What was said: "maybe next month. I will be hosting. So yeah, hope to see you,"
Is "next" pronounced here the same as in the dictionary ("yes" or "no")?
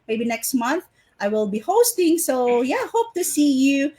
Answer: yes